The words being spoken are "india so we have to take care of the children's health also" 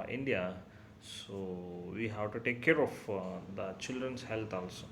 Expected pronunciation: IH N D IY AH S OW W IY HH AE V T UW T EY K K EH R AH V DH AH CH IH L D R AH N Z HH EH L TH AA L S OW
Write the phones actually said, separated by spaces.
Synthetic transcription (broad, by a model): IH N D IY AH S OW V IY HH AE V T UW T EY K K EH R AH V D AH CH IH L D R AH N S HH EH L T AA L S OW